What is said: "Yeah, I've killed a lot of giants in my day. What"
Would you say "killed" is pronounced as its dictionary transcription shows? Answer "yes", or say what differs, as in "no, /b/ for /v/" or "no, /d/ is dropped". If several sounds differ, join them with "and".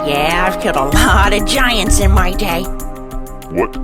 no, /l/ is dropped